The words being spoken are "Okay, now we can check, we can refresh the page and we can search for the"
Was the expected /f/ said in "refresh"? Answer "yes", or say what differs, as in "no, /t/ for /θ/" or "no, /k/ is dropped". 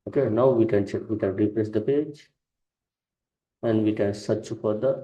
no, /p/ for /f/